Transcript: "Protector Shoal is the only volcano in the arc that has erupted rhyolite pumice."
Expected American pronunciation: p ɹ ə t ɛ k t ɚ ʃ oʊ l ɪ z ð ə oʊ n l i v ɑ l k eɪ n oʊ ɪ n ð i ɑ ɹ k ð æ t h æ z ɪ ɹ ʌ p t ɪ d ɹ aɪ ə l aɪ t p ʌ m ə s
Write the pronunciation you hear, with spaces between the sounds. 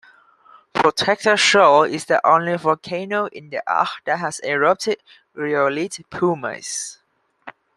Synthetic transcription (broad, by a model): p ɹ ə t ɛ k t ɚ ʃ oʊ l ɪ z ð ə oʊ n l i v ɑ k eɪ n oʊ ɪ n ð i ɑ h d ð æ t h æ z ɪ ɹ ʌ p t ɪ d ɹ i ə l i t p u m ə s